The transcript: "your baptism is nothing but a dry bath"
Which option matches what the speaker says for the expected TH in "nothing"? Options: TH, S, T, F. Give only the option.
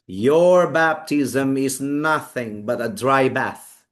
TH